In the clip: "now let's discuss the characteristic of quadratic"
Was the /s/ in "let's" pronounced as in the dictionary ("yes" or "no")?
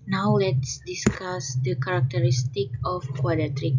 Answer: yes